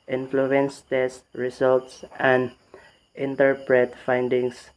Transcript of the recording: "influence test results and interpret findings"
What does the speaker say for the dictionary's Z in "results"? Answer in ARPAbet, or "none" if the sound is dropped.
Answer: S